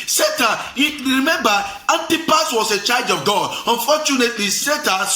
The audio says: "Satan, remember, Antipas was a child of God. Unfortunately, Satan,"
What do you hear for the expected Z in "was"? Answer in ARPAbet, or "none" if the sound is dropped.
S